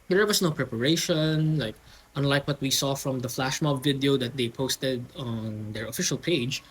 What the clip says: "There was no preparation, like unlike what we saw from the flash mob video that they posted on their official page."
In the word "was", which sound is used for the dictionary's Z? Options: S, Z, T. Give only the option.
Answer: S